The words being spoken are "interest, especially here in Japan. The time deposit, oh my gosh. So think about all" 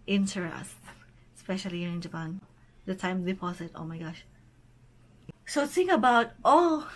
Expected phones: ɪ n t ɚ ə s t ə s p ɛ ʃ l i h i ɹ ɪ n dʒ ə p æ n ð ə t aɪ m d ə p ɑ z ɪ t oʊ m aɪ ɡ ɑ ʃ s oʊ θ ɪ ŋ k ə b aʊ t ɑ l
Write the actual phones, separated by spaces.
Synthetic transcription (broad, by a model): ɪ n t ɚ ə s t s p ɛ ʃ i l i ɪ n dʒ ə p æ n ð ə t aɪ m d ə p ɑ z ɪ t oʊ m aɪ ɡ ɑ ʃ s oʊ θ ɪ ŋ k ə b aʊ t ɑ l